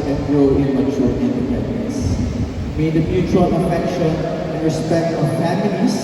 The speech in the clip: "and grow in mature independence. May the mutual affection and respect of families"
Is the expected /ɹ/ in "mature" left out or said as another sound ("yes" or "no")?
yes